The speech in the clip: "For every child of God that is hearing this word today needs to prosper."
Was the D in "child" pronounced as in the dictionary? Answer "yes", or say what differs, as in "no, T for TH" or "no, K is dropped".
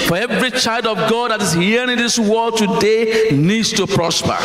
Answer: yes